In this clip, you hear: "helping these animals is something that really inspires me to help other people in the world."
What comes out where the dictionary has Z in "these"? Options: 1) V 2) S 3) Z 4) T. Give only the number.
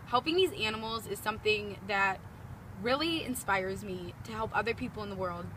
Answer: 3